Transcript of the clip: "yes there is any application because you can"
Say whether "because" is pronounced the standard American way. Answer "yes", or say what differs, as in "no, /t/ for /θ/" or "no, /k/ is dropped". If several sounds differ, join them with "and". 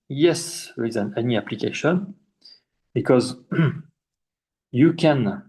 yes